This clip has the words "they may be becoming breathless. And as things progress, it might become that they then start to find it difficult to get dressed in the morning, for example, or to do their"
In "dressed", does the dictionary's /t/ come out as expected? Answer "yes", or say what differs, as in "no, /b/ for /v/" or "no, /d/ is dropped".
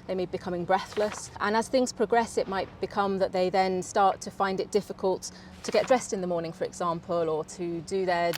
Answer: yes